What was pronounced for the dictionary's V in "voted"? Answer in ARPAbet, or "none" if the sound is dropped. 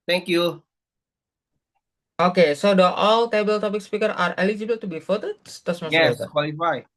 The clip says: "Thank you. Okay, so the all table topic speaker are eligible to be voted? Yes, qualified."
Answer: F